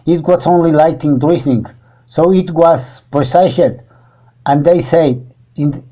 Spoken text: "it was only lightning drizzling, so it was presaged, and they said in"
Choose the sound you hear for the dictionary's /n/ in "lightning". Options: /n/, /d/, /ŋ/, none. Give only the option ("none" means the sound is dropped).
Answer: none